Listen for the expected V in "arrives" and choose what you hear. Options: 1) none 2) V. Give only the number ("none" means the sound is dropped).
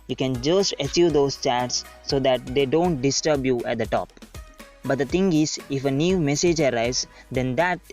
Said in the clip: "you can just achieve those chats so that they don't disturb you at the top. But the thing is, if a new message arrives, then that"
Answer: 1